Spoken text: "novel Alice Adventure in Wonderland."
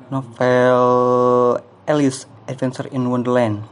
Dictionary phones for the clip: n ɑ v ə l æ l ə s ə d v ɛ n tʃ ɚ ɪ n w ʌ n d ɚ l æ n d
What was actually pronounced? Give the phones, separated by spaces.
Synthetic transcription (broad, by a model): n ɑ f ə l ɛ l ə s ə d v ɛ n s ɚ ɪ n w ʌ n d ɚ l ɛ n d